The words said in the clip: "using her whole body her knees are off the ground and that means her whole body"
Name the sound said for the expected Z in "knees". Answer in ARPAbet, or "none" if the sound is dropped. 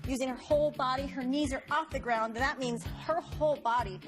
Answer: Z